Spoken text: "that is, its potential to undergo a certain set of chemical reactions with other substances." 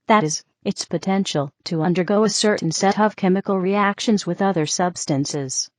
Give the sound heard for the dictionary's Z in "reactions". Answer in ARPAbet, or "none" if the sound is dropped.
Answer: Z